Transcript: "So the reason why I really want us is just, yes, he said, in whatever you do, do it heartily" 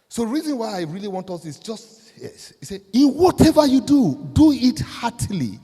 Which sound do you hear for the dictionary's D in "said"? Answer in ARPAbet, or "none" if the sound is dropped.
none